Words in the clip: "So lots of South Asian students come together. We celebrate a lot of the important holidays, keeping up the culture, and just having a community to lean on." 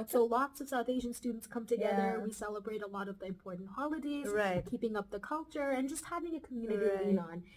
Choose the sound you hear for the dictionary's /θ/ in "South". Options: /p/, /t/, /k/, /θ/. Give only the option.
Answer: /θ/